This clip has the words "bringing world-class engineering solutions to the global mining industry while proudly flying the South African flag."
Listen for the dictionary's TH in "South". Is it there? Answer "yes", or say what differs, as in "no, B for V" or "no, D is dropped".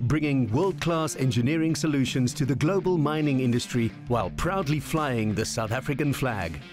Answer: yes